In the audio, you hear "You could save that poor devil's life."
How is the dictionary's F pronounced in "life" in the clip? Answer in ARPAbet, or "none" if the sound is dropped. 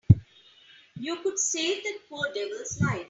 none